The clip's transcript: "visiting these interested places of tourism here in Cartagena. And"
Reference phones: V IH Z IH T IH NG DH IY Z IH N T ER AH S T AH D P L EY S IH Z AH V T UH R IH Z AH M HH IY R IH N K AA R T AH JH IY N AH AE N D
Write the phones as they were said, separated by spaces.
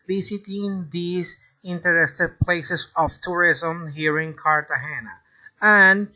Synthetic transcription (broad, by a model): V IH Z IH T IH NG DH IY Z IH N T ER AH S T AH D P L EY S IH S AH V T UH R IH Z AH M HH IY R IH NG K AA R T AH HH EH N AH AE N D